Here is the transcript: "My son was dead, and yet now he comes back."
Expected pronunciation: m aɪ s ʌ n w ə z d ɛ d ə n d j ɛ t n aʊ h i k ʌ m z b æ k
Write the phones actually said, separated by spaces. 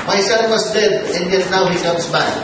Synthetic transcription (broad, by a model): m aɪ s ʌ n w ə s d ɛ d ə n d j ɛ t n aʊ h i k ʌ m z b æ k